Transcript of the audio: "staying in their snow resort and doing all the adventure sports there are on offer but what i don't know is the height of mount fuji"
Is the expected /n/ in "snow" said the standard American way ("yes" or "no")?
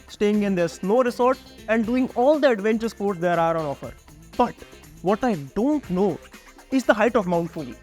no